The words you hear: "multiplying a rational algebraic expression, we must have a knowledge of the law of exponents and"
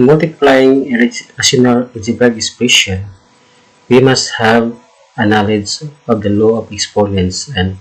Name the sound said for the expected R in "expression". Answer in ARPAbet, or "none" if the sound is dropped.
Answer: none